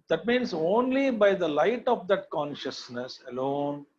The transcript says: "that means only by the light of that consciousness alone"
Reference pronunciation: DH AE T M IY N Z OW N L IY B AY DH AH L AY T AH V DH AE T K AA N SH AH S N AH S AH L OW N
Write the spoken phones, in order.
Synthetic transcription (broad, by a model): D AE T M IY N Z OW N L IY B AY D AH L AY T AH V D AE T K AA N SH AH S N AH S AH L OW N